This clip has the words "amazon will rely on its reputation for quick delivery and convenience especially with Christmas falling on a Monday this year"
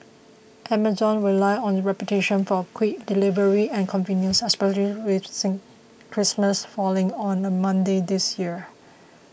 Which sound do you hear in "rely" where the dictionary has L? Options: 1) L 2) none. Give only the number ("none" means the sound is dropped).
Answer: 2